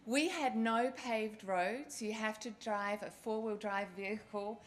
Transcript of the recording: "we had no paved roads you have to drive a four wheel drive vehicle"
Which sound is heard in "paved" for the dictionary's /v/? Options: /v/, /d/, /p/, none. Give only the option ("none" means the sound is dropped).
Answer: /v/